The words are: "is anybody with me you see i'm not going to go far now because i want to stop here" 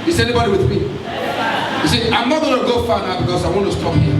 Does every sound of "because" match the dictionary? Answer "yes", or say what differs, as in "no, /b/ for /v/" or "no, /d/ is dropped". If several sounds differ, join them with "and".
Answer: no, /s/ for /z/